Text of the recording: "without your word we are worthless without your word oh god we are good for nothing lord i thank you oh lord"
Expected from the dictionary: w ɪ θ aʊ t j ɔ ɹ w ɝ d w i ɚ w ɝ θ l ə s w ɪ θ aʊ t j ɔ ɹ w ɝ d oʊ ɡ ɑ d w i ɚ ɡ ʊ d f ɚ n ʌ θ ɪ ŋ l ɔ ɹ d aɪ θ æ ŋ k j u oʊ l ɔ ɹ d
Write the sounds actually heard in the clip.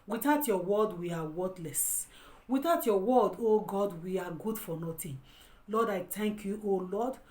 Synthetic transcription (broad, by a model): w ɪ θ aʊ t j ɔ w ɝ d w i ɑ w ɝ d l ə s w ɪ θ aʊ t j ɔ w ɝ d oʊ ɡ ɑ d w i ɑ ɡ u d f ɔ n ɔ t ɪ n l ɔ d aɪ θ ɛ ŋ k j u oʊ l ɔ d